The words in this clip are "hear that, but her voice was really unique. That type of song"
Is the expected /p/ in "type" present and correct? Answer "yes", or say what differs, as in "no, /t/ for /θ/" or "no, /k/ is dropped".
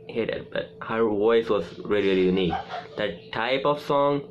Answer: yes